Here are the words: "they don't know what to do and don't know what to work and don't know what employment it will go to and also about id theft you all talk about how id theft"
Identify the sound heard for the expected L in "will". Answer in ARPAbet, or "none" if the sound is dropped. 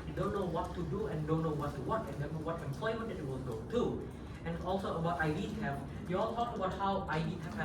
N